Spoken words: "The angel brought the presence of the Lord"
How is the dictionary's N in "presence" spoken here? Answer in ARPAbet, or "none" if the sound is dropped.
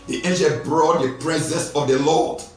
none